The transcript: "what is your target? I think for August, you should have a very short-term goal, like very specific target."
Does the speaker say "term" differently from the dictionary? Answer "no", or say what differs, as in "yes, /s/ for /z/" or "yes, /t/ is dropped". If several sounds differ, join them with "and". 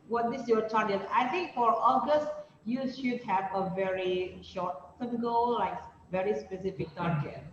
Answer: yes, /s/ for /t/